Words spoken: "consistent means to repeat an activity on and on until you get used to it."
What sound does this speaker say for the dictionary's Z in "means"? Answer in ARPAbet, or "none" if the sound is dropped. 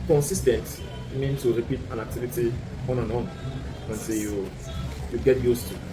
none